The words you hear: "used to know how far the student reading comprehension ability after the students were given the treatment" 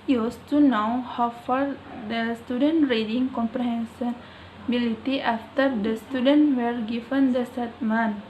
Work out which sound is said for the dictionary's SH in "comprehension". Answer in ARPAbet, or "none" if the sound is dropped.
S